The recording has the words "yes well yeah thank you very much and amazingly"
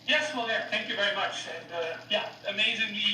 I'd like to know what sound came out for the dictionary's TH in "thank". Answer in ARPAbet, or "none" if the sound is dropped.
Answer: TH